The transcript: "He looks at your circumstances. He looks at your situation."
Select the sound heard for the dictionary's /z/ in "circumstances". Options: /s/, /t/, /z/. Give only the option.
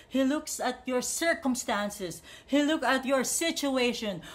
/s/